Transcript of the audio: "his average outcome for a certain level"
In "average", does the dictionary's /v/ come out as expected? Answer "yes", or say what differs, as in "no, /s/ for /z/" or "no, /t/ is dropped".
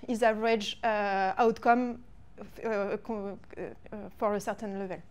no, /v/ is dropped